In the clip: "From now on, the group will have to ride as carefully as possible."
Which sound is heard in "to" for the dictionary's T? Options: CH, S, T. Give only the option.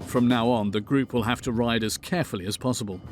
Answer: T